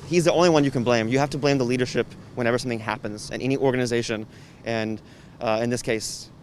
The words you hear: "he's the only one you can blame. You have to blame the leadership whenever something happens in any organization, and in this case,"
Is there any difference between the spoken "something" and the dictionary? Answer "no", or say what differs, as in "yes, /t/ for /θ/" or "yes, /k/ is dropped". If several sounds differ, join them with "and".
no